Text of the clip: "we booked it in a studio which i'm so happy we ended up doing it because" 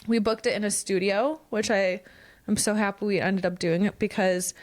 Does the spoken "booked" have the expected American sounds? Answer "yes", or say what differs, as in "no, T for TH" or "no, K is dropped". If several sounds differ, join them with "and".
yes